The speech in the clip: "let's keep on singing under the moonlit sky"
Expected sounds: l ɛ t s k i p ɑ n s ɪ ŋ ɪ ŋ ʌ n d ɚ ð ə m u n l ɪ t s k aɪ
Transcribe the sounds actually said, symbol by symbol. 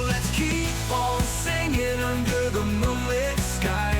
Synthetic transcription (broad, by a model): l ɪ t s k i p ɑ l s ɪ ŋ ɪ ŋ ʌ n d ɚ ð ə m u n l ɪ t s k aɪ